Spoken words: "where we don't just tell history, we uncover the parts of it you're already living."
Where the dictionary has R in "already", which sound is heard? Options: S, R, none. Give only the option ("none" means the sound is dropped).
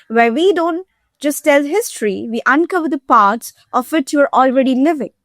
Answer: R